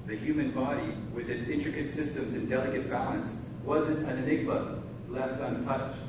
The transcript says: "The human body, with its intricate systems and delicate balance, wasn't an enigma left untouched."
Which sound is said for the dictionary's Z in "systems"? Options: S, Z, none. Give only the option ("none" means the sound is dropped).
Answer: Z